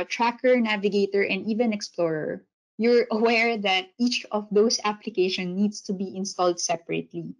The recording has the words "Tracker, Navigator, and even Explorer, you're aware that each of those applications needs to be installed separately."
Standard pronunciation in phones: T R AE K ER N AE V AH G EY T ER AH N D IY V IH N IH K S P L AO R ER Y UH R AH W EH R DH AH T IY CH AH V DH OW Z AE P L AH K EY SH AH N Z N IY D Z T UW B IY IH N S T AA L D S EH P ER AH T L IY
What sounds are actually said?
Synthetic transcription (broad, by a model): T R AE K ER N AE V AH G EY T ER AH N D IY V IH N IH K S P L AO R ER Y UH R AH W EH R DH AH T IY CH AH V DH OW S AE P L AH K EY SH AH N N IY D S T UW B IY IH N S T AA L D S EH P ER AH T L IY